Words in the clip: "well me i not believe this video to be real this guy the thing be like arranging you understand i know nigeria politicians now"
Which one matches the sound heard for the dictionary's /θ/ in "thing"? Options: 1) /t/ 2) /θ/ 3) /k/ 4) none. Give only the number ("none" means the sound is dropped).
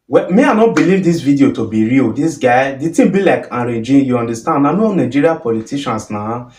1